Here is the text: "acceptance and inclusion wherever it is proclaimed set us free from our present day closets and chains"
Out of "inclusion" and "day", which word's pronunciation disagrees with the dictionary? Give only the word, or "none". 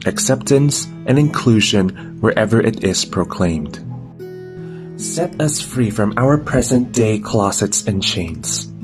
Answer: none